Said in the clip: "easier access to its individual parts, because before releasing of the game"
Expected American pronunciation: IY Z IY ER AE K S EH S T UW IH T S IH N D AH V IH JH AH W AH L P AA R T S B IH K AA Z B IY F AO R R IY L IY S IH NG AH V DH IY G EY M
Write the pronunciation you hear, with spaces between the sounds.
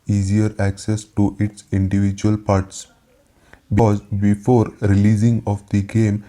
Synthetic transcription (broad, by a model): IY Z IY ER AE K S EH S T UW IH T S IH N D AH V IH JH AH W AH L P AA R T S B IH AA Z B IY F AO R R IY L IY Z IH NG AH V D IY G EY M